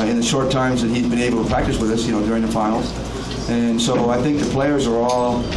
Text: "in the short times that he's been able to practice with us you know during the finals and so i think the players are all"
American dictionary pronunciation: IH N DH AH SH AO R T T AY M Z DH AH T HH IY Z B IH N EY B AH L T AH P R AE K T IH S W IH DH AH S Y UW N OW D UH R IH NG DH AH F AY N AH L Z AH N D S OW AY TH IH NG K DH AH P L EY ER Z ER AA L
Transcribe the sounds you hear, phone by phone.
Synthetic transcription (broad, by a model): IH N DH AH SH AO R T T AY M Z DH AH T HH IY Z B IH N EY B L T AH P R AE K T IH S W IH DH AH S Y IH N OW D UH R IH NG DH AH F AY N L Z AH N S OW AY TH IH NG K DH AH P L EY ER Z ER AA L